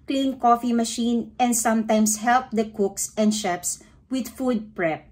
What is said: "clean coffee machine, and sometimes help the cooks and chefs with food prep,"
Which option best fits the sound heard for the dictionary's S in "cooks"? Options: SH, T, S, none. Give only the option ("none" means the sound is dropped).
S